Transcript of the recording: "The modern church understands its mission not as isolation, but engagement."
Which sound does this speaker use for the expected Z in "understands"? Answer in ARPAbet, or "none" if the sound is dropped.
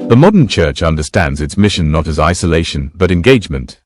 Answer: Z